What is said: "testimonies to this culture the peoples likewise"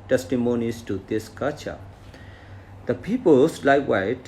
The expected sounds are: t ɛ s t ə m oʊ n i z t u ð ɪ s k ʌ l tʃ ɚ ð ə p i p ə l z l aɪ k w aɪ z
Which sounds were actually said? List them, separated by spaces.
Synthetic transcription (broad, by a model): t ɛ s t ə m oʊ n i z t u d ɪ s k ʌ tʃ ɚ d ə p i p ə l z l aɪ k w aɪ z